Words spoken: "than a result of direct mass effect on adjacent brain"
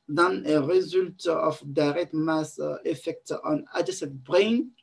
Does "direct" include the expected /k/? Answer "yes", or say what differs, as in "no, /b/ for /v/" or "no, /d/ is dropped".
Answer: no, /k/ is dropped